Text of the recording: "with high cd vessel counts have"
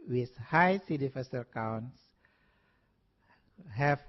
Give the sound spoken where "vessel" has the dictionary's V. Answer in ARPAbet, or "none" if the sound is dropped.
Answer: F